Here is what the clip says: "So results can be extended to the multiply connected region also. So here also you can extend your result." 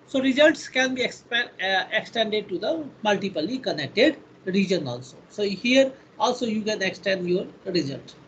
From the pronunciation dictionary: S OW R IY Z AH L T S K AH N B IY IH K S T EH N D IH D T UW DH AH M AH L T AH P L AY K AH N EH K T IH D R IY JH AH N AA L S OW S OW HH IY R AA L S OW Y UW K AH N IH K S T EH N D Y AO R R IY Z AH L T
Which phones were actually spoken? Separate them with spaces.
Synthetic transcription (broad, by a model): S OW R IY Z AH L T S K AH N B IY IH K S T EH N D IH D T UW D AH M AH L T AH P L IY K AH N EH K T IH D R IY JH AH N AA L S OW S OW HH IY R AA L S OW Y UW K AH N IH K S T EH N D Y AO R R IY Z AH L T